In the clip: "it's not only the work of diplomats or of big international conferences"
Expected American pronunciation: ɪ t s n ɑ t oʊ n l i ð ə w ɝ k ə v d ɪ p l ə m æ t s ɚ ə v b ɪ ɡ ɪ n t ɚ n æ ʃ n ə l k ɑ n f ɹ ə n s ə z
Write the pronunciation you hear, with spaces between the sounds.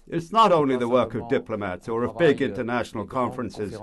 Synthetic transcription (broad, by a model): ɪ t s n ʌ t oʊ n l i ð ə w ɝ k ə v d ɪ p l ə m æ t s ɚ ə v b ɪ ɡ ɪ n t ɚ n æ ʃ n l k ɑ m f ɹ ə n s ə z